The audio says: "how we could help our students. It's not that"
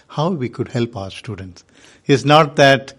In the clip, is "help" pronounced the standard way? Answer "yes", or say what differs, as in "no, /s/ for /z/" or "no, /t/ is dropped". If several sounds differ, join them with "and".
yes